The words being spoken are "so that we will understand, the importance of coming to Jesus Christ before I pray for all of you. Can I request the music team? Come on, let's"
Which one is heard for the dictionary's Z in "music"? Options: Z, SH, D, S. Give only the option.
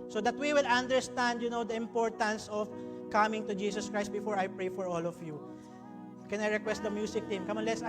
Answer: S